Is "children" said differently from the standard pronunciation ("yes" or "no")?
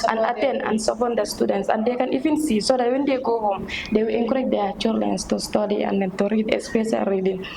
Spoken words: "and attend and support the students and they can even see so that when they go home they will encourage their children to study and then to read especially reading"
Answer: yes